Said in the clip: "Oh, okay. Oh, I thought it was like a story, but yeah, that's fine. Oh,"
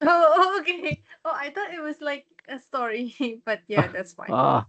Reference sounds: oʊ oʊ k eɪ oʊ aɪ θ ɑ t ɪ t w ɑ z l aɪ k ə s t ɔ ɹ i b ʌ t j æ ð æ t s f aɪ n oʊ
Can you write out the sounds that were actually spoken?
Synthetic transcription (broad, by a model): oʊ oʊ k eɪ oʊ aɪ t ɑ t ɪ t w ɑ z l aɪ k ə s t ɔ ɹ i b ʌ t j æ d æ t s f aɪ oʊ